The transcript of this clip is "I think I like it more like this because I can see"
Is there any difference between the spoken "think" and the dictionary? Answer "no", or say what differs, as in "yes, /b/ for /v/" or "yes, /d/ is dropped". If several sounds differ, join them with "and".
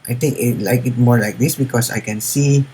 yes, /t/ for /θ/